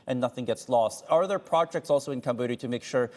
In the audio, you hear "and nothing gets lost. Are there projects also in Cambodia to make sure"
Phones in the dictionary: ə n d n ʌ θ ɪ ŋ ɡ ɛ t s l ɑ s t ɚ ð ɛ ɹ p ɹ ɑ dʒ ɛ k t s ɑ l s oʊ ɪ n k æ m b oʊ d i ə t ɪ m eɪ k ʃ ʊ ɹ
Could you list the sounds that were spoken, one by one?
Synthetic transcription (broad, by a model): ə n n ʌ θ ɪ ŋ ɡ ɛ t s l ɑ s t ɚ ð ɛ ɹ p ɹ ɑ dʒ ɛ k t s ɑ l s oʊ ɪ n k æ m b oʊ d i t ɪ m eɪ k ʃ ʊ ɹ